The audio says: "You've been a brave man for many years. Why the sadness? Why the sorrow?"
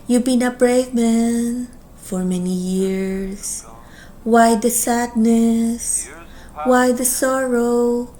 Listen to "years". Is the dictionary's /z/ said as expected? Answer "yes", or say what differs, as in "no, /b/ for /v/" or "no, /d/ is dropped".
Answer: no, /s/ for /z/